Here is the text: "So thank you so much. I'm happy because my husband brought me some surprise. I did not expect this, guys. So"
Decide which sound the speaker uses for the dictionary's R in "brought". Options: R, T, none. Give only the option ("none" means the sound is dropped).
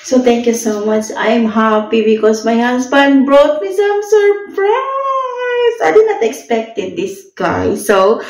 R